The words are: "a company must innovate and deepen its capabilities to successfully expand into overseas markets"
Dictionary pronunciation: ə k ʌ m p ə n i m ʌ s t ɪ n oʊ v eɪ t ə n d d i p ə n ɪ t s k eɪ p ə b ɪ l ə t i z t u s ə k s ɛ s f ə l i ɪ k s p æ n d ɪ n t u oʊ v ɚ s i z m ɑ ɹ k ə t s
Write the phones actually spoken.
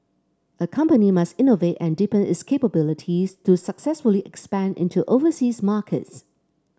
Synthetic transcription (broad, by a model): ə k ʌ m p ə n i m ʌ s t ɪ n oʊ v eɪ t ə n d d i p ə n ɪ t s k eɪ p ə b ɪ l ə t i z t u s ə k s ɛ s f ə l i ɪ k s p æ n d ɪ n t u oʊ v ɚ s i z m ɑ k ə t s